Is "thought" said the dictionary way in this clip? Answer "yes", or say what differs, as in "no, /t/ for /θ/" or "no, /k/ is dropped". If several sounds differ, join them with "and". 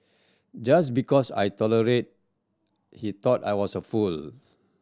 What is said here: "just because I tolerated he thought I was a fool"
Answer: no, /t/ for /θ/